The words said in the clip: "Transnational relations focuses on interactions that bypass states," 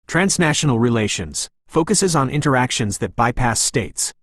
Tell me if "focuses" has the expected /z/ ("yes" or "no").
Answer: yes